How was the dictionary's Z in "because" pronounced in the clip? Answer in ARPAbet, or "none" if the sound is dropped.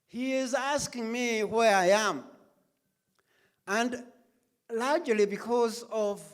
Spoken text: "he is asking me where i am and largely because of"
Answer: Z